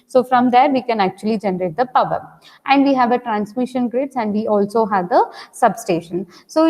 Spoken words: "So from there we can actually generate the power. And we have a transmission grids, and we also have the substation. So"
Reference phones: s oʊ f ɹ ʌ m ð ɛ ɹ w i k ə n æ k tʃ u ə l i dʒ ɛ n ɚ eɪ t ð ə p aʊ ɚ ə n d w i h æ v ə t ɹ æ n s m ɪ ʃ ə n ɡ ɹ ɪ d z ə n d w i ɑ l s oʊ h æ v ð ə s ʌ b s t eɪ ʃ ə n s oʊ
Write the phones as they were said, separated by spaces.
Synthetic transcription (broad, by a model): s oʊ f ɹ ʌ m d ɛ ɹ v i k ə n æ k tʃ u ə l i dʒ ɛ n ɚ eɪ t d ə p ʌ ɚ ə n d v i h æ v ə t ɹ æ n s m ɪ ʃ ə n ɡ ɹ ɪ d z ə n d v i ɑ l s oʊ h æ v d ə s ʌ b s t eɪ ʃ ə n s oʊ